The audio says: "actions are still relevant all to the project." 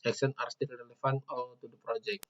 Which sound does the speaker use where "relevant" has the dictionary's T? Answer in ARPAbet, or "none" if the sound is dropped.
none